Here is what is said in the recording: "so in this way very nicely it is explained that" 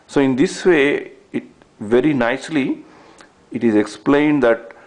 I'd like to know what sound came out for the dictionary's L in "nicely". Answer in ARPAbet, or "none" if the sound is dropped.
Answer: L